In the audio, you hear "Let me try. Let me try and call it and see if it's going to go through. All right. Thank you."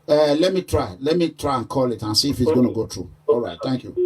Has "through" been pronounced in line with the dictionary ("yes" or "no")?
no